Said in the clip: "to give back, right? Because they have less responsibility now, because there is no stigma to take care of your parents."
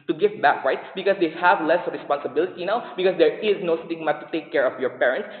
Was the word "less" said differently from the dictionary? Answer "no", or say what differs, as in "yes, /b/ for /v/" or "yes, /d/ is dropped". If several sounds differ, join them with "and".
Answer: no